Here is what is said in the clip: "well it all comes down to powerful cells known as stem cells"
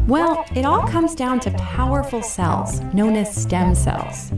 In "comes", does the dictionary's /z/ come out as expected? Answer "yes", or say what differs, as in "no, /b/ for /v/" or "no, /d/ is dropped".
yes